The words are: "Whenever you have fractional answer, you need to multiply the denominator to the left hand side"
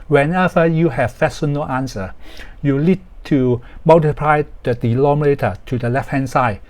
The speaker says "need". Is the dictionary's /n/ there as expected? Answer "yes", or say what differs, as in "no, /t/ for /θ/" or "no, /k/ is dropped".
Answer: no, /l/ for /n/